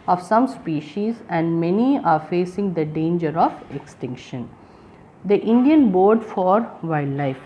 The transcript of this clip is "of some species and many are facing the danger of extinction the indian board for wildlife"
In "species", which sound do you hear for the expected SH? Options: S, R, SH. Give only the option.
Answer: SH